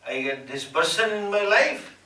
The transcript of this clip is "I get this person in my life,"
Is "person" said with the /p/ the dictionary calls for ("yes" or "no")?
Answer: no